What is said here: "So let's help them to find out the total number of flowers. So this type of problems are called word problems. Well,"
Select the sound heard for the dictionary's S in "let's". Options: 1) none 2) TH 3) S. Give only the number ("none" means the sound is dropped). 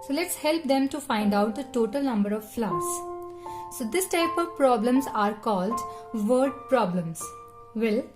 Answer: 3